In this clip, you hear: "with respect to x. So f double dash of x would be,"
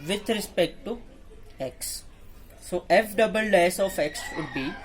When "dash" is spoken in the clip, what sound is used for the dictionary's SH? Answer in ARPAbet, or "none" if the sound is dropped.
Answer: S